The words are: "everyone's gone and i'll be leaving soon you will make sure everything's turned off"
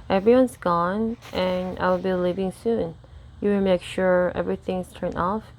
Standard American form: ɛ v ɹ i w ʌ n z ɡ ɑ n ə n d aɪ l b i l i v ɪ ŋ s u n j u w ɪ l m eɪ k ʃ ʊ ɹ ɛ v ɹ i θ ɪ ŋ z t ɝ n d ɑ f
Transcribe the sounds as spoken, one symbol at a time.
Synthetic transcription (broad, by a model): ɛ v ɹ i w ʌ n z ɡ ɑ n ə n aɪ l b i l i v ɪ ŋ s u n j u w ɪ m eɪ k ʃ ʊ ɹ ɛ v ɹ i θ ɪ ŋ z t ɝ n ɑ f